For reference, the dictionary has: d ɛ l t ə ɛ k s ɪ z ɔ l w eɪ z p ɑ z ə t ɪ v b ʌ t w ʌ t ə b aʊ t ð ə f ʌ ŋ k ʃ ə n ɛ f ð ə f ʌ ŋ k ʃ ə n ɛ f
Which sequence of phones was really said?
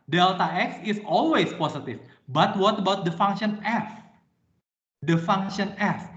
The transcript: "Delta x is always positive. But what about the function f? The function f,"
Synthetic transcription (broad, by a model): d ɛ l t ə ɛ k s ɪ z ɔ l w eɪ s p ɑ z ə t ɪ f b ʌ t w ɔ t ə b aʊ t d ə f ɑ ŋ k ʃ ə n ɛ f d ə f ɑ ŋ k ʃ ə n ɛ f